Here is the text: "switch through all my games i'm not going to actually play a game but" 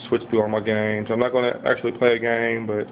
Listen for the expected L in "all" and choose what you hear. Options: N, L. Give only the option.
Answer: N